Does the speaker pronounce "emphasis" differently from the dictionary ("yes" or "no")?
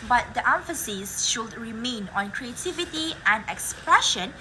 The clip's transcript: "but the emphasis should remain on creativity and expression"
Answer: no